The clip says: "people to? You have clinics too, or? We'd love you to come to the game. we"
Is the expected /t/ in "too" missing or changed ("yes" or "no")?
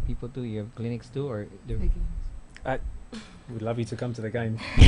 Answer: no